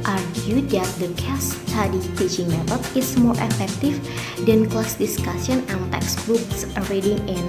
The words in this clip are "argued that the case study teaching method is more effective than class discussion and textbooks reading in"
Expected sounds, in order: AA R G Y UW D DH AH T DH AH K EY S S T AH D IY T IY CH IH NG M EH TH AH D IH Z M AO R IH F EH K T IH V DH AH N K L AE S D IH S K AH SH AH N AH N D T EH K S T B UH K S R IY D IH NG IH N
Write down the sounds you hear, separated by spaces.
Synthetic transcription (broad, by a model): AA R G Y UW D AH T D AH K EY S S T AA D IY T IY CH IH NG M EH T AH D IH S M AO R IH F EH K T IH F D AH N K L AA S D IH S K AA S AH N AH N T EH K S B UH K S R IY D IH NG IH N